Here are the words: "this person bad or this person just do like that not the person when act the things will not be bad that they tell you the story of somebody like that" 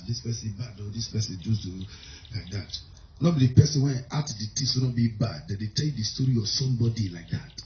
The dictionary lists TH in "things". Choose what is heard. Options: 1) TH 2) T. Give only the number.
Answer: 2